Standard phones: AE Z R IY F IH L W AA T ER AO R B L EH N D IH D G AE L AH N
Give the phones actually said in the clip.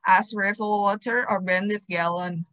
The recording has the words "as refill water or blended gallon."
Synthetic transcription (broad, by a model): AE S R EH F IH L W AA T ER AO R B EH N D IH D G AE L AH N